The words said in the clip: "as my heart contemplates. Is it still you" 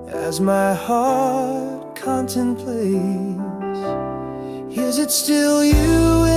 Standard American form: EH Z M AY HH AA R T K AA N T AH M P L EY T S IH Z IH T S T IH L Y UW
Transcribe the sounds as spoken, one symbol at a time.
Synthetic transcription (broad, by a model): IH Z M AY HH AA R T K AA N T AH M P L EY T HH IH Z IH T S T IH L Y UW